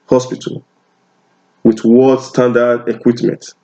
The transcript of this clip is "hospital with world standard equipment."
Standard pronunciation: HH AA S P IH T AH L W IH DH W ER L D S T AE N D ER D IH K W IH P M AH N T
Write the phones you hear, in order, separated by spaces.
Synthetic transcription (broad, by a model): HH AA S P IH T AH L W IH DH W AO D S T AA N D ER D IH K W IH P M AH N T